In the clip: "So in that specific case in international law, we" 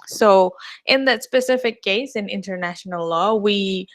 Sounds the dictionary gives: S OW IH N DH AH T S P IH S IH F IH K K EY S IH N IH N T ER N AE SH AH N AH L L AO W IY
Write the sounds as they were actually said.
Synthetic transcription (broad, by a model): S OW IH N DH AH T S P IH S IH F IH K K EY S IH N IH N T ER N AE SH AH N AH L L AO W IY